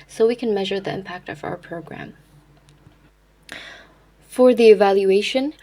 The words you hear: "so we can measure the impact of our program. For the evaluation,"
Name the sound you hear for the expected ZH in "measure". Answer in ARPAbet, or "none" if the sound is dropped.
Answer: ZH